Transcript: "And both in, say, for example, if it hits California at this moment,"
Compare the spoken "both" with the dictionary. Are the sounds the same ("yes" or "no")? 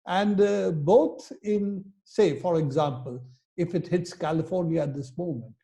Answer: no